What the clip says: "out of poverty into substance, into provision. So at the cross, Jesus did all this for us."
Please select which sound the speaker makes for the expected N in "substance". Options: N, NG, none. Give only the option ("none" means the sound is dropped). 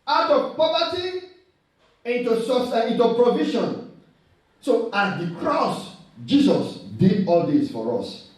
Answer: none